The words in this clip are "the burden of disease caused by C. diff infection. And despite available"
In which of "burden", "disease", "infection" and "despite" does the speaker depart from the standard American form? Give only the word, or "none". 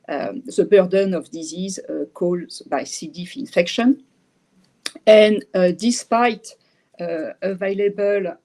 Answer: none